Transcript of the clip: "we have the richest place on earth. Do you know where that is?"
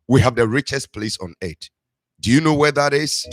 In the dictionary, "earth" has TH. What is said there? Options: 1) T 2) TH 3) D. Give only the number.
1